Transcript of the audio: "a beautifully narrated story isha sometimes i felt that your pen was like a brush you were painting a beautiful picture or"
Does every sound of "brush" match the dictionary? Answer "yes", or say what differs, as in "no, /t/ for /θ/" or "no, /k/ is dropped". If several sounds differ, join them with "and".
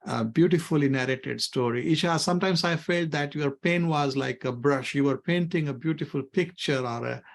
yes